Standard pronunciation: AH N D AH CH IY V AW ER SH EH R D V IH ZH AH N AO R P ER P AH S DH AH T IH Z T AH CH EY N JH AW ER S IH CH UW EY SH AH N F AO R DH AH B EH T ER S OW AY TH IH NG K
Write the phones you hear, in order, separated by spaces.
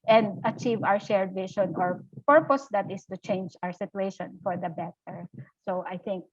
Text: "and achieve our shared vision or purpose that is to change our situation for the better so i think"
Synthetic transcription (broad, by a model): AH N D AH CH IY V AW ER SH EH R D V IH SH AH N AO R P ER P AH S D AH T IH S T AH CH EY N JH AW ER S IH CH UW EY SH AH N F AO R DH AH B EH T ER S OW AY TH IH NG K